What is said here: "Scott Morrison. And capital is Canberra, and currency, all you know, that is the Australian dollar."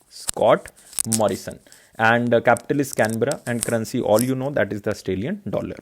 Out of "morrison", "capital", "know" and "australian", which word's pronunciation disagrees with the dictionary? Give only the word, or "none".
australian